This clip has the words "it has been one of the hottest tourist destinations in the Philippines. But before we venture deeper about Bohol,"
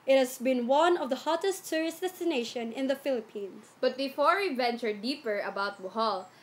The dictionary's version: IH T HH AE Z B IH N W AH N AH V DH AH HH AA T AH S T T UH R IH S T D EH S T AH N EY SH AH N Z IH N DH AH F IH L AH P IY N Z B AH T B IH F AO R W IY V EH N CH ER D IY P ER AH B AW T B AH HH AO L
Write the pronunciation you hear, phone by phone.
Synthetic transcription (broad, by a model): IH T HH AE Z B IH N W AH N AH V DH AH HH AA T AH S T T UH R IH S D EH S T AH N EY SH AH N IH N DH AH F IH L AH P IY N S B AH T B IH F AO R W IY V EH N CH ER D IY P ER AH B AW T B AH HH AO L